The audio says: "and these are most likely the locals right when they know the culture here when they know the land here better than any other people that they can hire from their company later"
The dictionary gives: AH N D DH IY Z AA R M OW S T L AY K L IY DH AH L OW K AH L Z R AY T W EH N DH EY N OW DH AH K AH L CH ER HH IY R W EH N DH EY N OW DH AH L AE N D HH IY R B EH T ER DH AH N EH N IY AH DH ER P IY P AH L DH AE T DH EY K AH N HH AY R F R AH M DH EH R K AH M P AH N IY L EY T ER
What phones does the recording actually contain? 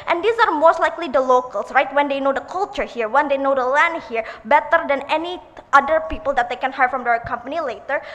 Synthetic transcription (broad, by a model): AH N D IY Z AA R M OW S T L AY K L IY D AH L OW K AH L S R AY T W EH N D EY N OW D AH K AH L CH ER HH IY R W EH N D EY N OW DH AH L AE N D HH IY R B EH T ER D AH N EH N IY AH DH ER P IY P AH L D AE T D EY K AH N HH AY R F R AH M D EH R K AH M P AH N IY L EY T ER